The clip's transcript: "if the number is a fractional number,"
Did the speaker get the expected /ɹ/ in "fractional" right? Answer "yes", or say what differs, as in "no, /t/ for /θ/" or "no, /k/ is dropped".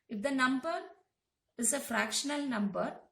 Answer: yes